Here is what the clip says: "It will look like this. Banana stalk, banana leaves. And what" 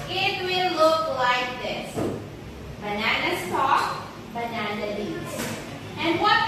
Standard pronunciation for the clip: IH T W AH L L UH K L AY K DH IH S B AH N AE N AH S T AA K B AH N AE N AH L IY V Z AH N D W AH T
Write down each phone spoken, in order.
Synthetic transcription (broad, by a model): IH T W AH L L UH K L AY K DH IH S B AH N AE N AH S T AA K B AH N AE N AH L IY Z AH N W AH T